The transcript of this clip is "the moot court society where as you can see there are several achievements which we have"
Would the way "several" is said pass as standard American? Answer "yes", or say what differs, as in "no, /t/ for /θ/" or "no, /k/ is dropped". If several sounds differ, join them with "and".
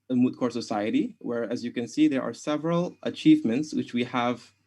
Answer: yes